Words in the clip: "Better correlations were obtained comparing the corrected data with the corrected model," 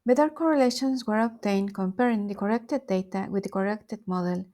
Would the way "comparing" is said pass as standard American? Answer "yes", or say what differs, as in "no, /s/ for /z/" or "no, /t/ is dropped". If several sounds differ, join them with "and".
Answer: yes